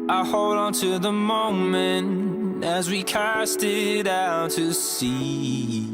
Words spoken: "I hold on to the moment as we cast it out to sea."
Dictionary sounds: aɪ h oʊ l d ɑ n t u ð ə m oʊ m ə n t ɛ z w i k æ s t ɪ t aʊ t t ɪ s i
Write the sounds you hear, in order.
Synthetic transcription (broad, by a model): aɪ h oʊ l d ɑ n t u ð ə m oʊ m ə n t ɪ z w i k æ s t ɪ t aʊ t t ɪ s i